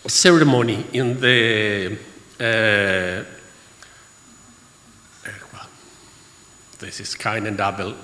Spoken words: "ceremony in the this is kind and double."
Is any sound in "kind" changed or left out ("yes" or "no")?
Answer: yes